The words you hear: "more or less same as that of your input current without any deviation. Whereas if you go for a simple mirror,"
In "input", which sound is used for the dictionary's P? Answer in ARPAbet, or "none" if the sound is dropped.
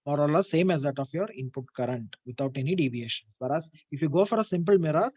P